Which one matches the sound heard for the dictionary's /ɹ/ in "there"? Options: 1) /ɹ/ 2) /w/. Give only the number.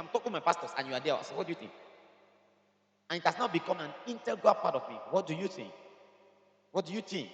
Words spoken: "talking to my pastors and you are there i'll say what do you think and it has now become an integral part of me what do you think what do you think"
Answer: 2